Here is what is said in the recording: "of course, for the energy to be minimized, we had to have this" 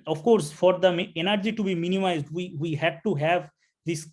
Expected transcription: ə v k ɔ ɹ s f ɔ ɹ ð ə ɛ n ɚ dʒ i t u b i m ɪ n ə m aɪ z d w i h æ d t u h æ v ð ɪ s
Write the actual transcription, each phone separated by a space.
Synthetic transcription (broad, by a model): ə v k ɔ ɹ s f ɔ ɹ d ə ɛ n ɚ dʒ i t u b i m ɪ n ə m aɪ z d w i h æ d t u h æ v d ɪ s